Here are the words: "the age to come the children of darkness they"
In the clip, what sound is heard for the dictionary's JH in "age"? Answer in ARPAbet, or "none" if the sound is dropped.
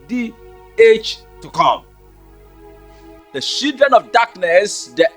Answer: CH